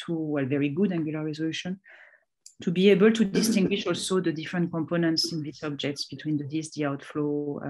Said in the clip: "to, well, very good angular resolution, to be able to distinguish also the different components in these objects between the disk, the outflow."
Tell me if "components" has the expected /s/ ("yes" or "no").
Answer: yes